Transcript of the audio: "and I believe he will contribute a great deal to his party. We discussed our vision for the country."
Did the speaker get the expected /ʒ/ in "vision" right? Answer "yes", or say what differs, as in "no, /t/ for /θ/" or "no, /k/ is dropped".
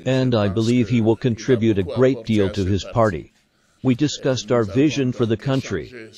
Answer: yes